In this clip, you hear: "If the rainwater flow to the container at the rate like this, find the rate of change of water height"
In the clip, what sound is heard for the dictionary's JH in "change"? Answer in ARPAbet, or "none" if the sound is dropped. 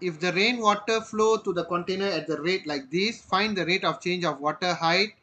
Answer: JH